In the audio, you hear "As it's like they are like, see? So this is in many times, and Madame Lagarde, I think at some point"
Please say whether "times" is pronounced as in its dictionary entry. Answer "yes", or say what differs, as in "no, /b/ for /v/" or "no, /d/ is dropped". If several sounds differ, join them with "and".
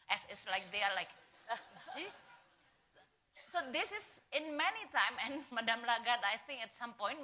no, /z/ is dropped